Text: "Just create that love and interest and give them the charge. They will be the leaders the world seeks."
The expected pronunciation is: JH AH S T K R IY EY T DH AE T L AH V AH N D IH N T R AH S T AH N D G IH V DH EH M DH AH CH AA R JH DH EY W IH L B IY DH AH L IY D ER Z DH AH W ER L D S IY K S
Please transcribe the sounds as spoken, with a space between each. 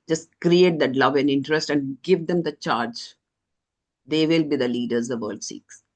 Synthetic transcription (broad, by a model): JH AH S T K R IY EY T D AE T L AH V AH N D IH N T R AH S T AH N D G IH V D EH M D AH CH AA R JH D EY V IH L B IY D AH L IY D ER Z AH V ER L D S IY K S